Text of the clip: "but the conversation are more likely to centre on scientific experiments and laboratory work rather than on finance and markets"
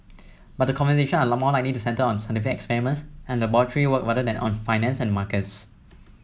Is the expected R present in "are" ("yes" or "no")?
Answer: no